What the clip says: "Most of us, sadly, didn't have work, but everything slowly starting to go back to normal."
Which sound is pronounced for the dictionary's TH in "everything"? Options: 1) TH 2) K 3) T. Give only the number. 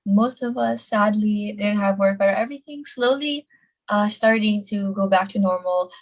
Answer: 1